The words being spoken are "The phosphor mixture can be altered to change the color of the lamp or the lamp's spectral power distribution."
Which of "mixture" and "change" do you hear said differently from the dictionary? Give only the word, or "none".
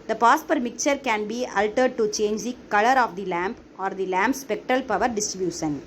mixture